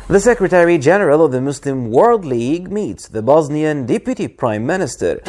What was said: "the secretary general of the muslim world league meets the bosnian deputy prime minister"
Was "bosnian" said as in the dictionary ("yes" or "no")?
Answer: yes